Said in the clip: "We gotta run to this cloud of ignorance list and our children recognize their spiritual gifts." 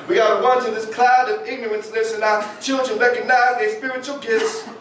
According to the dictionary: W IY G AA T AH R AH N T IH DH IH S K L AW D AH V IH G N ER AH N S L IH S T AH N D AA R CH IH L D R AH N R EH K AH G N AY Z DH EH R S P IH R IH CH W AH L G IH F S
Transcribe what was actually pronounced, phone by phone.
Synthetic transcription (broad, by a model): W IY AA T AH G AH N T IH DH IH S K L AW D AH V IH G N ER AH N S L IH S AH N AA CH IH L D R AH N R EH K AH G N AY Z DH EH S P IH R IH CH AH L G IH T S